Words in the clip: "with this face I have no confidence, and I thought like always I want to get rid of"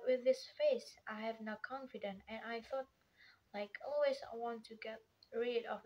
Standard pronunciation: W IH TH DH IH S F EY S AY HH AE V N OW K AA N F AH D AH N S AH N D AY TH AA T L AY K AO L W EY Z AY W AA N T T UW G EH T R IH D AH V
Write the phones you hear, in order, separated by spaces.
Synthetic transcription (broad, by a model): W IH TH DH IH S F EY S AY HH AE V N OW K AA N F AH D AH N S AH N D AY TH AA T L AY K AO L W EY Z AY W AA N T T UW G EH T R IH D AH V